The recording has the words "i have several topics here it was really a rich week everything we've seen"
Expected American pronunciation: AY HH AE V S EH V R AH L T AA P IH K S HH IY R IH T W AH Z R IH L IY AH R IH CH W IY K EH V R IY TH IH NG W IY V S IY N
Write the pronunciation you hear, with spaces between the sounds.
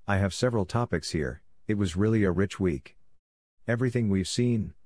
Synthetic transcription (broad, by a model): AY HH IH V S EH V R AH L T AA P IH K S HH IY R IH T W AH Z R IH L IY AH R IH CH W IY K EH V R IY TH IH NG W IY V S IY N